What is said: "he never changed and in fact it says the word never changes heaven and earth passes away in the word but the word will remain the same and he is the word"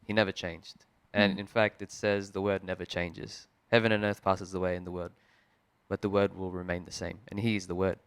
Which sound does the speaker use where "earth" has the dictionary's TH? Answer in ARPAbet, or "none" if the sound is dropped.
TH